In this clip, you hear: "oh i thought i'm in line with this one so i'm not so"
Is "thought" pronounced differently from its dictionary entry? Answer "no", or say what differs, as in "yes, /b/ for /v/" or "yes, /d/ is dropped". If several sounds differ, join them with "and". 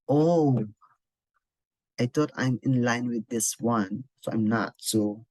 yes, /t/ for /θ/